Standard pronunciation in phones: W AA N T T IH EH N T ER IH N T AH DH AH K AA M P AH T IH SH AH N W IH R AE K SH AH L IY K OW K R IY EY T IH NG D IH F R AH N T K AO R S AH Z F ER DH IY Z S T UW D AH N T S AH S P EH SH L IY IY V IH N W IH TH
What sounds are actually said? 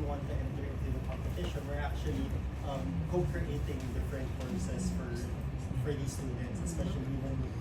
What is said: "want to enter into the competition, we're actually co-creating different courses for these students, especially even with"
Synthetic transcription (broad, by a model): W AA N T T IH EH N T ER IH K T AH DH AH K AA M P AH T IH SH AH N W IH R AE K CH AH L IY K OW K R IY EY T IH NG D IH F R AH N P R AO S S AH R F ER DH IY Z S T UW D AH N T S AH S P EH SH L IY IY W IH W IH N